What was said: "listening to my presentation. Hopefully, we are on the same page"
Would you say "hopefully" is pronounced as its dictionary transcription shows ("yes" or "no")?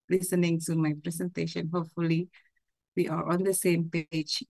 yes